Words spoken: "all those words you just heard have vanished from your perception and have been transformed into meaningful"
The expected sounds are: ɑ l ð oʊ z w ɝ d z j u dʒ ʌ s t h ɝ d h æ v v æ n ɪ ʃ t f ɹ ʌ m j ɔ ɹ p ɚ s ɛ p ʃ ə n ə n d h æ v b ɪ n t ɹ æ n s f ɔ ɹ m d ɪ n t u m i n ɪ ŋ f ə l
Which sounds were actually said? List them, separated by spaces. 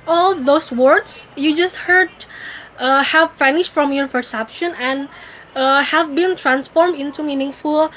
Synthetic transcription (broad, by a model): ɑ l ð oʊ s w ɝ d s j u dʒ ʌ s t h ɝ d h æ v f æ n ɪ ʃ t f ɹ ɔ m j ɔ ɹ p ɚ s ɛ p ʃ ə n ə n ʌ h æ v b ɪ n t ɹ æ n s f ɔ ɹ m d ɪ n t u m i n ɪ ŋ f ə l